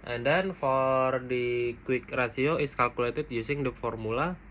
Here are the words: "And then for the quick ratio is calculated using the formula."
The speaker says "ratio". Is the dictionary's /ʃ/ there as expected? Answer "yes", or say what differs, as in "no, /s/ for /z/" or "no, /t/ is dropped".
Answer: no, /s/ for /ʃ/